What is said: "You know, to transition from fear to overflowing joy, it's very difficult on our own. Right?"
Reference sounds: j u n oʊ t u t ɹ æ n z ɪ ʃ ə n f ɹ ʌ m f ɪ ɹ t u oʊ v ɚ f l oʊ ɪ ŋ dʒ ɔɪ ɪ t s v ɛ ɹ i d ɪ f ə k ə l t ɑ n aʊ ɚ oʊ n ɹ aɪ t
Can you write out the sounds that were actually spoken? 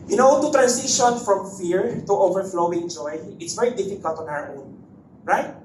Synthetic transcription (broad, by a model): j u n oʊ t u t ɹ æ n s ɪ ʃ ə n f ɹ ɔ m f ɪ ɹ t u oʊ v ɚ f l oʊ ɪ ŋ dʒ ɔɪ ɪ t s v ɛ ɹ i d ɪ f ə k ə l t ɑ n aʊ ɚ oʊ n ɹ aɪ t